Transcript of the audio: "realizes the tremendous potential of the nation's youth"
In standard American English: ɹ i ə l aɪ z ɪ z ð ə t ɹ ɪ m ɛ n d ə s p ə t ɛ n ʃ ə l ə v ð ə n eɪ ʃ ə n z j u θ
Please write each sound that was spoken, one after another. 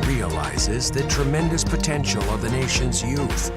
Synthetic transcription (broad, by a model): ɹ i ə l aɪ z ɪ z ð ə t ɹ ɪ m ɛ n d ə s p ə t ɛ n ʃ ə l ə v ð ə n eɪ ʃ ə n z j u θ